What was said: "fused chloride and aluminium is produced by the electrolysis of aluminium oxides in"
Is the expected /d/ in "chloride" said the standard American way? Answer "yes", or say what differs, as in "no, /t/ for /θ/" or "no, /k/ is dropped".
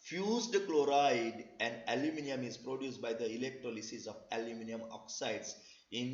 yes